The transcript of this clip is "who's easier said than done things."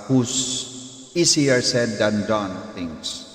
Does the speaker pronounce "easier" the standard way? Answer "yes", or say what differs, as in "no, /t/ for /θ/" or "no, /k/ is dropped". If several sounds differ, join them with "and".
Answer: no, /s/ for /z/